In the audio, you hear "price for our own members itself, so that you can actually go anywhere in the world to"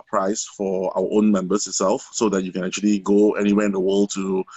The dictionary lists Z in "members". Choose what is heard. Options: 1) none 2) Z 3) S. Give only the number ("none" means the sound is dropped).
3